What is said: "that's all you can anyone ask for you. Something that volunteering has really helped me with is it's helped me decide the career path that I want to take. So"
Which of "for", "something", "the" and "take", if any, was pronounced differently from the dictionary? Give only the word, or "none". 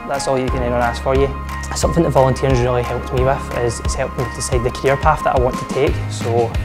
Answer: none